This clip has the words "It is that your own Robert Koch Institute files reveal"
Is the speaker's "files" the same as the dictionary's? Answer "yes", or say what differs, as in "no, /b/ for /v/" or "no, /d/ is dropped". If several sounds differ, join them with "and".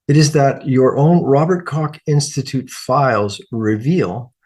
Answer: yes